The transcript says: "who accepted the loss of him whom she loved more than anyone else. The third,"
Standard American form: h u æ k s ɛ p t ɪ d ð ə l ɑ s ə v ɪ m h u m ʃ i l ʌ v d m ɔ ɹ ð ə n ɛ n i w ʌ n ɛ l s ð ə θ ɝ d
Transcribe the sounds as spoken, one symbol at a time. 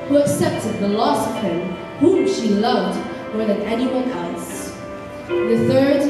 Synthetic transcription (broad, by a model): h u æ k s ɛ p t ɪ d ð ə l ɑ s ə v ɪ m h u m ʃ i l ʌ v d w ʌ ɹ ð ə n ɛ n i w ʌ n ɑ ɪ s ð ə θ ɝ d